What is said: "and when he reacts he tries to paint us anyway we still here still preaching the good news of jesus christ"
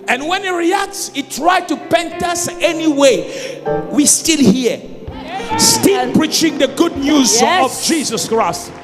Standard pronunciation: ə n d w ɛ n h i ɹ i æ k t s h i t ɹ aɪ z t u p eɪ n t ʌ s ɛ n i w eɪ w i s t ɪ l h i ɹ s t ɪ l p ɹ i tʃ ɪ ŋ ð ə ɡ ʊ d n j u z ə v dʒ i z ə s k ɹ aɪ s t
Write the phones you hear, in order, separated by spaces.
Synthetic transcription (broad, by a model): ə n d w ɛ n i ɹ i æ k t s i t ɹ aɪ t u p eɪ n t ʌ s ɛ n i w eɪ w i s t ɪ l h i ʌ s t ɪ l p ɹ i tʃ ɪ ŋ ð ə ɡ ʊ d n j u z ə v dʒ i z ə s k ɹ aɪ s t